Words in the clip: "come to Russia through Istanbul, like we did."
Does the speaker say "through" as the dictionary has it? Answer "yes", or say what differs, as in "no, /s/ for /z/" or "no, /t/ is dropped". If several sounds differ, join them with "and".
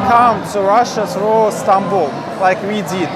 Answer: no, /s/ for /θ/